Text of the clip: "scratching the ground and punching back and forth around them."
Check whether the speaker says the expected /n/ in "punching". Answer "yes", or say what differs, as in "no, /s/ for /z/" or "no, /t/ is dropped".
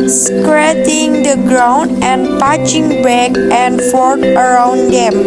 no, /n/ is dropped